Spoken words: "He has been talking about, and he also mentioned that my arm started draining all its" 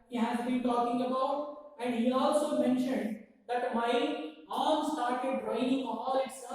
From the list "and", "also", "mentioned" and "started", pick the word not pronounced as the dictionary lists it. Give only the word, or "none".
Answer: none